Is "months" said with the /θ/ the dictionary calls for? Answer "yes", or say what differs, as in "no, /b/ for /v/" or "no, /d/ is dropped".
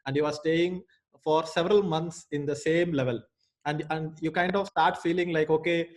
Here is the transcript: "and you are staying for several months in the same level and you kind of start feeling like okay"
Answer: no, /t/ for /θ/